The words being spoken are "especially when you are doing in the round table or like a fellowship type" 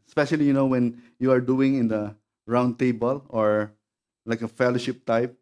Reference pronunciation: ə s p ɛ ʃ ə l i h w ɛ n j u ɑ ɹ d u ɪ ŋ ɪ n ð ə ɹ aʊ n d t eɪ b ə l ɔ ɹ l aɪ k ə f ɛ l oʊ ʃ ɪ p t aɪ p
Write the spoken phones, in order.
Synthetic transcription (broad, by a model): s p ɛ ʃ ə l i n w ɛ n j u ɑ ɹ d u ɪ ŋ ɪ n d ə ɹ aʊ n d t eɪ b ə l ɔ ɹ l aɪ k ə f ɛ l oʊ ʃ ɪ p t aɪ p